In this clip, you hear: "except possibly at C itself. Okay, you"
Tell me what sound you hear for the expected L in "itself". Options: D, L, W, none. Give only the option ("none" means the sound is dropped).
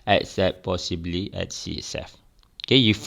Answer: none